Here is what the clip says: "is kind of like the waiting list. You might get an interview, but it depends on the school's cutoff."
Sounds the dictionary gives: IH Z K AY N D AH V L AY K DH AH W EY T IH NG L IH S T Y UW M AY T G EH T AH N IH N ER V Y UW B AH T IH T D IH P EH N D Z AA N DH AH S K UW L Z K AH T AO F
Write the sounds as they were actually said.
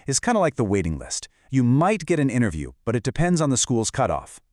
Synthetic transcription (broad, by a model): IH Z K AY N D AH L AY K DH AH W EY T IH NG L IH S T Y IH M AY T G EH T AH N IH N ER V Y UW B AH T IH T D IH P EH N D Z N DH AH S K UW L Z K AH T AO F